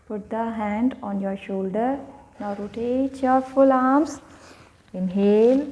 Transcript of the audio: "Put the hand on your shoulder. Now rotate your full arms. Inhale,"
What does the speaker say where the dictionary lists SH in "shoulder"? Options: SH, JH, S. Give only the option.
SH